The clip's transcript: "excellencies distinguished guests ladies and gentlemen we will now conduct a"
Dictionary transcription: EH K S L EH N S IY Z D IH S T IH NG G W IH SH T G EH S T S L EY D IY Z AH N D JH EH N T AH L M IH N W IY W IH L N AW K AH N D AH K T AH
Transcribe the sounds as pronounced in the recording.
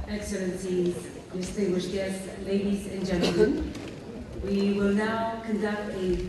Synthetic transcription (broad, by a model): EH K S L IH N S IY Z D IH S T IH NG G W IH SH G EH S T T L EY D IY Z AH N JH EH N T L M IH N W IY W IH L N AW K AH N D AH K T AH